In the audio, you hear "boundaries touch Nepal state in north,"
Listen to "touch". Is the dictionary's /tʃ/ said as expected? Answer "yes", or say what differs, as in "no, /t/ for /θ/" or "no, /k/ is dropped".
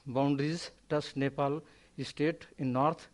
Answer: no, /s/ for /tʃ/